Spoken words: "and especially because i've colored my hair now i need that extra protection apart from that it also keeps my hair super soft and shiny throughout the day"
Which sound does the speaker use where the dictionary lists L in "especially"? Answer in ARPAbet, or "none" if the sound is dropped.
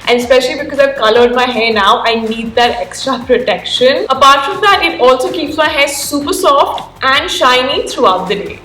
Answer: L